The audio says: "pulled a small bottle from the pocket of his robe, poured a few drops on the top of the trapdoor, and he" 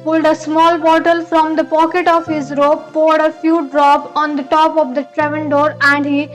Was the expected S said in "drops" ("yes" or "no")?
no